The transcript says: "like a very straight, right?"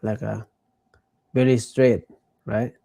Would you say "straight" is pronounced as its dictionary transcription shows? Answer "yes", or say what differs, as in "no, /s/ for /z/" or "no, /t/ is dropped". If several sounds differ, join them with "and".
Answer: yes